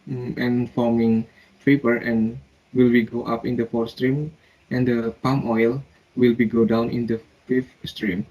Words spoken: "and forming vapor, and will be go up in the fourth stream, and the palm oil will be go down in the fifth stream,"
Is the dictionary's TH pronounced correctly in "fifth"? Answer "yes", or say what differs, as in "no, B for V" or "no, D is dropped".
no, F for TH